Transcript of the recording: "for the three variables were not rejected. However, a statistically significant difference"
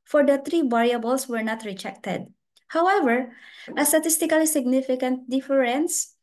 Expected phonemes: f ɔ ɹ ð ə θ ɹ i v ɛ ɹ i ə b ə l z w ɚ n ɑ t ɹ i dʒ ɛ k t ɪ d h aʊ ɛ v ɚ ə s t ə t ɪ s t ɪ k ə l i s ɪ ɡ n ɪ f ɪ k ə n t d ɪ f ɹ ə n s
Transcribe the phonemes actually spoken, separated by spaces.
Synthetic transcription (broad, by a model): f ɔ ɹ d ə t ɹ i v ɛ ɹ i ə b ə l s w ɚ n ɑ t ɹ i dʒ ɛ k t ɪ d h aʊ ɛ v ɚ ə s t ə t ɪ s t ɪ k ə l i s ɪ ɡ n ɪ f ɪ k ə n t d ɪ f ɹ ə n s